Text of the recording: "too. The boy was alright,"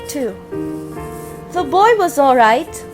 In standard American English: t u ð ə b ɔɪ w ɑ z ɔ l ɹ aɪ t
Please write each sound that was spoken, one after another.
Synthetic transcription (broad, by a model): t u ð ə b ɔɪ w ɑ z ɔ l ɹ aɪ t